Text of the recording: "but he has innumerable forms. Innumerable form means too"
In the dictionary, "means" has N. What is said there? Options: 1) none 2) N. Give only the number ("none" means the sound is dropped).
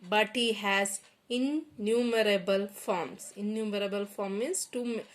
1